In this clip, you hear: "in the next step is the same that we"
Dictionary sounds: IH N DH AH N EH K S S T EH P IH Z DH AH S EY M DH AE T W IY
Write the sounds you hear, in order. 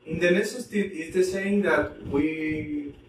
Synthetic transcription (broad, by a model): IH N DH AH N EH S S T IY IH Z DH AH S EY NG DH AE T W IY